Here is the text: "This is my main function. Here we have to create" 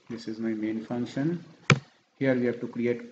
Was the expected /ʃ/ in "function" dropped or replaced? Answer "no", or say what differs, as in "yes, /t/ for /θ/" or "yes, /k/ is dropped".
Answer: no